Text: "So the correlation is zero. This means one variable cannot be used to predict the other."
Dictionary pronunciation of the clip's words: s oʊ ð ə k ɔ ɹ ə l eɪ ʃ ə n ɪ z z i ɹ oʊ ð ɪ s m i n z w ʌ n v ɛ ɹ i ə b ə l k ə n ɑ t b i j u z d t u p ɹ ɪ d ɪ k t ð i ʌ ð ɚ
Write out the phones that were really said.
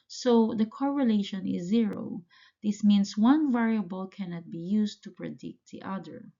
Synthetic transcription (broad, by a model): s oʊ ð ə k ɔ ɹ ə l eɪ ʃ ə n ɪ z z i ɹ oʊ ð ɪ s m i n s w ʌ n v ɛ ɹ i ə b ə l k ə n ɑ t b i j u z t u p ɹ ɪ d ɪ k t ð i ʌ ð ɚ